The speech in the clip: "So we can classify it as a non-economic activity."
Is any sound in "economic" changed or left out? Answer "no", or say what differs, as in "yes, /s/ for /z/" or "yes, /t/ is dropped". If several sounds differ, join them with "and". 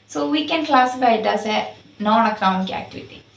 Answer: yes, /n/ is dropped